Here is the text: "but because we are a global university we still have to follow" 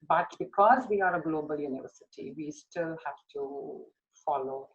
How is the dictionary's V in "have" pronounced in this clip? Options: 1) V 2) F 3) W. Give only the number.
2